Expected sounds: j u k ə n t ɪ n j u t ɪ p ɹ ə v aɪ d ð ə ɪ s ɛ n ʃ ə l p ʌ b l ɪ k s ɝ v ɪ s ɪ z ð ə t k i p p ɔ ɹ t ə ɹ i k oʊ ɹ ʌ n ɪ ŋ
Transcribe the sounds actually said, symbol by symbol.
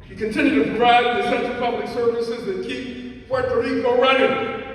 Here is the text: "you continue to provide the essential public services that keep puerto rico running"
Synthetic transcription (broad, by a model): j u k ə n t ɪ n j u t ɪ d ɹ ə ɪ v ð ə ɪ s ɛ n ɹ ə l p ʌ b l ɪ k s ɝ v ɪ s ɪ z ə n k i p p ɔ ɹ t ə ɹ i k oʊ ɹ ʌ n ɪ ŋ